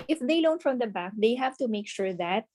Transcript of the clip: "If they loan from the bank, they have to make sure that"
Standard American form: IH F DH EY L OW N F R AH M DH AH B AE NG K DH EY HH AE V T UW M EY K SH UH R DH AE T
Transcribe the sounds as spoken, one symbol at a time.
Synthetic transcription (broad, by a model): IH F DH EY L OW N F R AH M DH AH B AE K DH EY HH AE V T UW M EY K SH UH R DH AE T